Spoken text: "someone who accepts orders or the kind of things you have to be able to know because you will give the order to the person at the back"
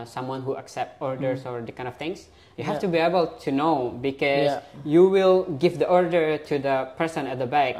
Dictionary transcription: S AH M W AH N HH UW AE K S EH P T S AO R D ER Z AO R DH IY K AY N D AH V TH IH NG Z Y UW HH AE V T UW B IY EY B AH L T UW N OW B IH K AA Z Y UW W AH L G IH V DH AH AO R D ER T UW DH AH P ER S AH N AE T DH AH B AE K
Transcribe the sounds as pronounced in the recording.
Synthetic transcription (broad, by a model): S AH M W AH N HH UW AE K S EH P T AO R D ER S AO R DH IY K AY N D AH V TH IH NG S Y UW HH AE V T UW B IY EY B AH L T UW N OW B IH K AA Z Y UW W AH L G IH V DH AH AO R D ER T UW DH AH P ER S AH N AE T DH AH B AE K